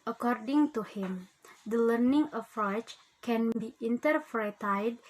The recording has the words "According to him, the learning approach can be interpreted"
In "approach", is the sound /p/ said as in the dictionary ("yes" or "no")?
no